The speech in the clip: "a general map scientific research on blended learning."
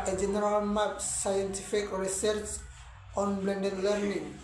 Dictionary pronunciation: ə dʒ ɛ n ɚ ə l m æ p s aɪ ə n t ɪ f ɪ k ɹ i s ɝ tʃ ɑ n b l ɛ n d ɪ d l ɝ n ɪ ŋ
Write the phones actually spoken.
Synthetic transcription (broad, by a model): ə dʒ ɛ n ɚ ə l m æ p s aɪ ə n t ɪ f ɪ k ɹ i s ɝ s ɑ n b l ɛ n d ɪ d l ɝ n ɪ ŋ